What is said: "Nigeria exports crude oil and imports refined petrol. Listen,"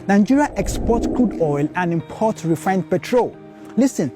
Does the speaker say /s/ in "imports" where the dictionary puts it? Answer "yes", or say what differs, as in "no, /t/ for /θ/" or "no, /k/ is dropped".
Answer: no, /s/ is dropped